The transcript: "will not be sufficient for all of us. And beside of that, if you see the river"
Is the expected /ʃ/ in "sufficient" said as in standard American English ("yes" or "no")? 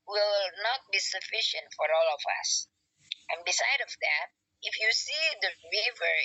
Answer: yes